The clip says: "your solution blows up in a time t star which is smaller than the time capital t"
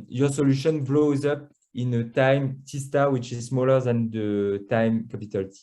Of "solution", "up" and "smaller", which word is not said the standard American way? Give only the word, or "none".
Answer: none